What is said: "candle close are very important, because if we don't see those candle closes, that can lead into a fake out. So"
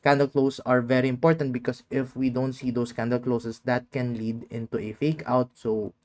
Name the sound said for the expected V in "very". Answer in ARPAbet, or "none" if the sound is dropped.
V